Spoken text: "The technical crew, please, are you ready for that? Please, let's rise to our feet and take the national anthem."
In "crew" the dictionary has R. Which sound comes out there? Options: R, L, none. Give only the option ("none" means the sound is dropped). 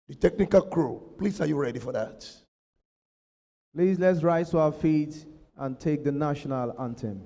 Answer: R